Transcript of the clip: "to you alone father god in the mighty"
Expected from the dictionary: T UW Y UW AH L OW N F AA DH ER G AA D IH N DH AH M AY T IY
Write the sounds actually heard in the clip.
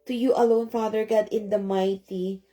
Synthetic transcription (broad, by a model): T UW Y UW AH L OW N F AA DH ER G AA D IH N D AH M AY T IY